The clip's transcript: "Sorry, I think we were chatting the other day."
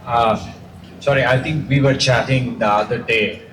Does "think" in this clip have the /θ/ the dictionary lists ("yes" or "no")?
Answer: no